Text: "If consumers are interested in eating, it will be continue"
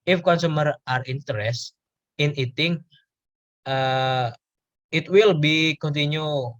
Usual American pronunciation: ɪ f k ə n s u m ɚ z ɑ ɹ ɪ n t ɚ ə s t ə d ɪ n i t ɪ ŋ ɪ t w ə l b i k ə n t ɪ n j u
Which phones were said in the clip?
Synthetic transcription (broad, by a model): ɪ f k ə n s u m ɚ ɑ ɹ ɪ n t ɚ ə s t ɪ n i t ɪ ŋ ɪ t w ə l b i k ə n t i n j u